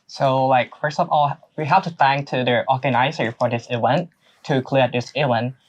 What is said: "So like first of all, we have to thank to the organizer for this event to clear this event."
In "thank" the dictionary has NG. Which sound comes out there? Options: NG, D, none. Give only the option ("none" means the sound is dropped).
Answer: NG